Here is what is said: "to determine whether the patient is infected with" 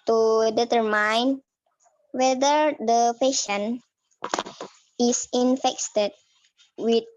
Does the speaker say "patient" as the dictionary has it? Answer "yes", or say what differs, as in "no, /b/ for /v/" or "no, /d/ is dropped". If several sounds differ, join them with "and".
no, /t/ is dropped